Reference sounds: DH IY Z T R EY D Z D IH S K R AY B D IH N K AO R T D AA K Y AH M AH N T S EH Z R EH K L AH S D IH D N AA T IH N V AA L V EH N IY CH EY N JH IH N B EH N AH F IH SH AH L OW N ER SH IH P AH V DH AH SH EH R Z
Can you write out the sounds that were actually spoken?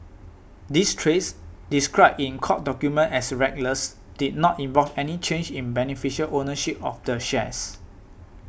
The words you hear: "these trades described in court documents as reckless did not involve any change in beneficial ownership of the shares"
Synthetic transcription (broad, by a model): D IY S T R EY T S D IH S K R AY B IH N K AO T D AA K Y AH M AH N T EH S R EH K L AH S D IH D N AA T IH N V AA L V EH N IY CH EY N JH IH N B EH N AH F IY SH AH L OW N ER SH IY P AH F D AH SH EH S